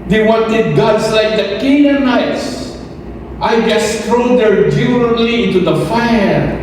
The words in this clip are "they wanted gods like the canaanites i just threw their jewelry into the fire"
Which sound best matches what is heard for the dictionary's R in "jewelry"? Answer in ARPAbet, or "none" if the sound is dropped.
none